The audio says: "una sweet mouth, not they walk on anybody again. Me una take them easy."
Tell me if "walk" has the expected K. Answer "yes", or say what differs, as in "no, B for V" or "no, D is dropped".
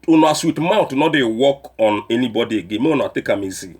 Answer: yes